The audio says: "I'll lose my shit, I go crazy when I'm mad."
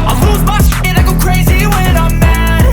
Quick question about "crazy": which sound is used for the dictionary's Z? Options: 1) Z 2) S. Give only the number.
1